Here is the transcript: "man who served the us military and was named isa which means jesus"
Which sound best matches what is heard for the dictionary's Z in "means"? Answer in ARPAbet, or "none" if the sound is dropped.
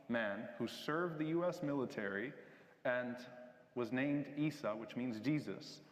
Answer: Z